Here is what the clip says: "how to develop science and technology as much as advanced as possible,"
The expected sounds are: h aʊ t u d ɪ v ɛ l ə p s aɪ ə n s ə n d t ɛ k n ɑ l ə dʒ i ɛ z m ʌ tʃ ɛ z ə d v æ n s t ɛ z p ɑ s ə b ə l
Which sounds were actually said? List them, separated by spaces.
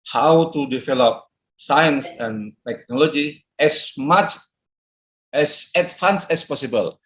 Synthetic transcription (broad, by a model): h aʊ t u d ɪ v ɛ l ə p s aɪ ə n s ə n t ɛ k n ɑ l ə dʒ i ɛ s m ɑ tʃ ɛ s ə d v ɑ n s ɛ s p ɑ s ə b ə l